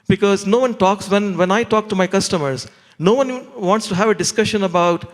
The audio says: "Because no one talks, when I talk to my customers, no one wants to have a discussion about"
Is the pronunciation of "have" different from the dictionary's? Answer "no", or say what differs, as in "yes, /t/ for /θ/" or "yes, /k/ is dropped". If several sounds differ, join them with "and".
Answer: no